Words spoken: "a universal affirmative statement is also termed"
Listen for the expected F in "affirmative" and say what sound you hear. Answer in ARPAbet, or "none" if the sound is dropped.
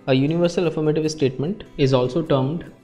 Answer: F